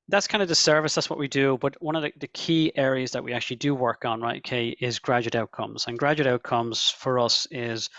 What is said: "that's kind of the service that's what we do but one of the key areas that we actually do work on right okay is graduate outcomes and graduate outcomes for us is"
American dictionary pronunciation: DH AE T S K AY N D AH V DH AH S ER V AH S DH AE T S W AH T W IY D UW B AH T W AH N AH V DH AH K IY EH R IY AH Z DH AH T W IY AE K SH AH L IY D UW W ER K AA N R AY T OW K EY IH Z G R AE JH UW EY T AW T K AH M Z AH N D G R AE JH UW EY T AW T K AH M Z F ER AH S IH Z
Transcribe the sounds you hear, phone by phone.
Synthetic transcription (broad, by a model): DH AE T S K AY N D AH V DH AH S ER V AH S DH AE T S W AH T W IY D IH B AH T W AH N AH V DH AH K IY EH R IY AH Z DH AH T W IY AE K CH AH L IY D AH W ER K N R AY T OW K EY IH Z G R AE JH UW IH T AW T K AH M Z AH N G R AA JH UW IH T AW T K AH M Z F ER AH S IH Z